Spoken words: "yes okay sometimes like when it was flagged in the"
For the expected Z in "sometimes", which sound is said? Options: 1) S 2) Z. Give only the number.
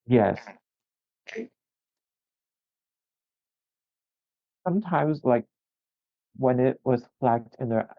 2